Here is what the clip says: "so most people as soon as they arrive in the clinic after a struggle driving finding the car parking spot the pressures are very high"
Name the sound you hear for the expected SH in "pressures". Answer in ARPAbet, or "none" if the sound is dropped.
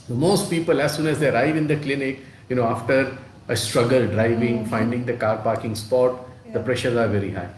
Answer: SH